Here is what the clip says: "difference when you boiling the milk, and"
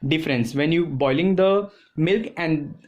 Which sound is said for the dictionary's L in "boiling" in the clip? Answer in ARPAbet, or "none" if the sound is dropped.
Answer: L